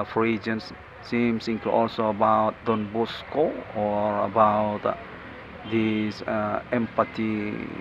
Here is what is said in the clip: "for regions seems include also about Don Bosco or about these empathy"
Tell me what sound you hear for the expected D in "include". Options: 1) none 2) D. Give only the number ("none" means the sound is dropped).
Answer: 1